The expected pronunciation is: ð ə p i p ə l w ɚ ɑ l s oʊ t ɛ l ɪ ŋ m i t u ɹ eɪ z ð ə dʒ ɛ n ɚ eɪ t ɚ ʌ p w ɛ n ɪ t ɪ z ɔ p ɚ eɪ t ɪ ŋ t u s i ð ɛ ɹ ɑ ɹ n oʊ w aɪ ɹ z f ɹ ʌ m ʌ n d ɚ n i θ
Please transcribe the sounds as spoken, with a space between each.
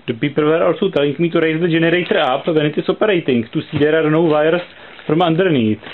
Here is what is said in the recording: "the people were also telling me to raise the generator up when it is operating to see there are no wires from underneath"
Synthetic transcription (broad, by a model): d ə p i p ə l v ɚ ɑ l s oʊ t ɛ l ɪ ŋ m i t u ɹ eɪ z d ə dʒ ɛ n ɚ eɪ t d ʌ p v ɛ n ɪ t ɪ s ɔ p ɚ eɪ t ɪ ŋ t u s i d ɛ ɹ ɑ ɹ n oʊ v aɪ ɹ s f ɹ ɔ m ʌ n d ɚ n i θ